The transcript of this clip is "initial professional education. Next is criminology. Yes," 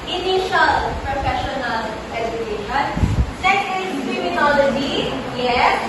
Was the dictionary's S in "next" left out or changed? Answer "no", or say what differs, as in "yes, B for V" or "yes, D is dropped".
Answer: yes, S is dropped